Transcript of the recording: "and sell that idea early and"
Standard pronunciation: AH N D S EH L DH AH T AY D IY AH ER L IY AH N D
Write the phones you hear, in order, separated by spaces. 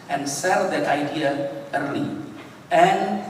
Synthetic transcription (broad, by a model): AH N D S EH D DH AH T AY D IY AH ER IY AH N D